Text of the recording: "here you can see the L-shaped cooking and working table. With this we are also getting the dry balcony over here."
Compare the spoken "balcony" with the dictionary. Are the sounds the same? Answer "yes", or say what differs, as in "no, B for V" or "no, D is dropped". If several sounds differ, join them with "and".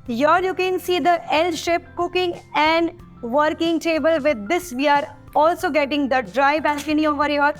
no, L is dropped